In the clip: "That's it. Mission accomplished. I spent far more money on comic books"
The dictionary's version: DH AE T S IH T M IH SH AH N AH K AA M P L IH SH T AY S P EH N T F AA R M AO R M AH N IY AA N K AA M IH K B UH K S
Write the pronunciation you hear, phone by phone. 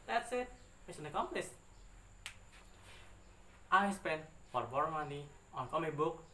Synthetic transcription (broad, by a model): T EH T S IH T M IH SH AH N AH K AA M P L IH S T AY S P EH N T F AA R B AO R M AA N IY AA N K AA M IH B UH K